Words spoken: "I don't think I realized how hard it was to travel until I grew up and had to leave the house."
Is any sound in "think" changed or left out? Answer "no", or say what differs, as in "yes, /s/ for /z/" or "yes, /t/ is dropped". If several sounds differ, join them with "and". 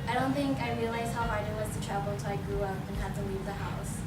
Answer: no